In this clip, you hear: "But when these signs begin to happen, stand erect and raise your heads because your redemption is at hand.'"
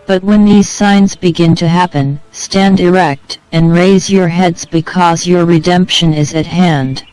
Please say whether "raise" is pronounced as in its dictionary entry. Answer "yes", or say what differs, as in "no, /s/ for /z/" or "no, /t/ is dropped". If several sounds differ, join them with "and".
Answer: yes